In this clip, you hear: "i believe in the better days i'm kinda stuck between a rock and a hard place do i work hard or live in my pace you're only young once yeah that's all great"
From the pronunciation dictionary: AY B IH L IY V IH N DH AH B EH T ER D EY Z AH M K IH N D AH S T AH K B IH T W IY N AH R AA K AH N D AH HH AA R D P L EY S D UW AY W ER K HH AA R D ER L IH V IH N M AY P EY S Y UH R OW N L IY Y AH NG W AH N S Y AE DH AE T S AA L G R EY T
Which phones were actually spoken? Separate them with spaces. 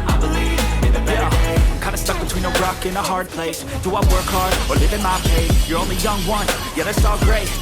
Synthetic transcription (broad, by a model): AY B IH L IY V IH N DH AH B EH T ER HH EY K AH IH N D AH S T AH K B IH T W IY N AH R AA K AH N AH HH AA R D P L EY S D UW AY W ER K HH AA R D ER L IH V IH N M AY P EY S Y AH R OW N L IY Y AH NG W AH N Y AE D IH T S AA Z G R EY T